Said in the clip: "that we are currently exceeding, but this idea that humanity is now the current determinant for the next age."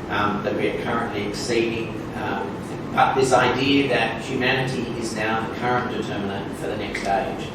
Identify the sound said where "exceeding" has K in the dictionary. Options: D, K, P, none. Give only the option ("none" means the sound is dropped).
K